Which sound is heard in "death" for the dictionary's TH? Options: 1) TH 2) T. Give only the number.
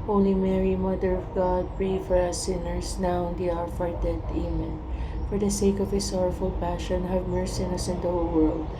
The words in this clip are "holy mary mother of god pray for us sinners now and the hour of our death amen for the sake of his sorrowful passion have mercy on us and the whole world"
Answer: 2